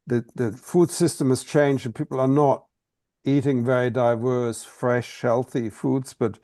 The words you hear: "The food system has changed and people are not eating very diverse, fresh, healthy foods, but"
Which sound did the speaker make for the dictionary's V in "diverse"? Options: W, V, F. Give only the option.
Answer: V